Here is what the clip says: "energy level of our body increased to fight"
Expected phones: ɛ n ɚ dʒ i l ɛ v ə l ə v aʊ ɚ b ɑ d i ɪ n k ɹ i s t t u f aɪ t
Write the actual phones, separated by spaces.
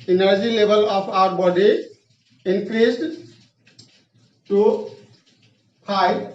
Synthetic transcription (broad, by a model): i n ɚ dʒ i l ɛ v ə l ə p aʊ ɚ b ɑ d i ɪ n k ɹ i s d t u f aɪ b